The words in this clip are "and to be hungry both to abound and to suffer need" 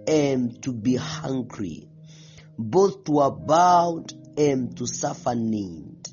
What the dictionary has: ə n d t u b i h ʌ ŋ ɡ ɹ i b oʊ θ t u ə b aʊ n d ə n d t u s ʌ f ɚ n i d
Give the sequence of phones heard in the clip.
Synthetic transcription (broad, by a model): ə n t u b i h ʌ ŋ ɡ ɹ i b oʊ θ t u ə b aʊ d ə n t u s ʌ f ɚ n i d